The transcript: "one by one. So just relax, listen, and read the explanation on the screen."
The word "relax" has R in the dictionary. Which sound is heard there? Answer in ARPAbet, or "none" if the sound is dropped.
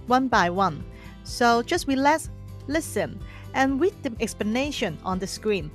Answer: W